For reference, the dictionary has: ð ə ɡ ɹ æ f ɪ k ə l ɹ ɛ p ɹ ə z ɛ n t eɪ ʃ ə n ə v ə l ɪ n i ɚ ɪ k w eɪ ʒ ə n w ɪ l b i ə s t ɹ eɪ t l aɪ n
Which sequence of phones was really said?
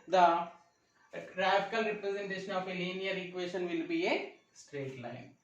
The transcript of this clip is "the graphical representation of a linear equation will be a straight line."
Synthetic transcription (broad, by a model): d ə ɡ ɹ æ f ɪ k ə l ɹ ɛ p ɹ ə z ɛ n t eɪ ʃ ə n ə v ə l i n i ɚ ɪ k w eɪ ʃ ə n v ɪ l b i ə s t ɹ eɪ t l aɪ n